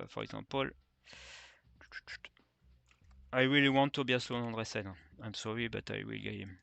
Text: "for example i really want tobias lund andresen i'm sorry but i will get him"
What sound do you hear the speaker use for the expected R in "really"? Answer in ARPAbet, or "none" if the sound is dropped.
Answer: W